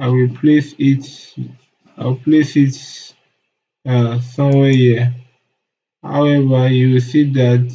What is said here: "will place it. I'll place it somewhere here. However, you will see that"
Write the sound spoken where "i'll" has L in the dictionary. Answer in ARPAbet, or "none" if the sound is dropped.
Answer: W